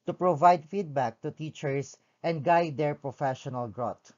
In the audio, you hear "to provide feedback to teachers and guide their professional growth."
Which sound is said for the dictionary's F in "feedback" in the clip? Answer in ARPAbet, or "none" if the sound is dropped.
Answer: F